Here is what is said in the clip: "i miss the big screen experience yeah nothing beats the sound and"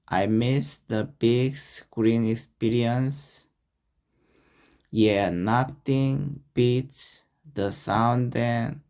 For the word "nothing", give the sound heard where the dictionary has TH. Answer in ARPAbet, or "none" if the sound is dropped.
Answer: T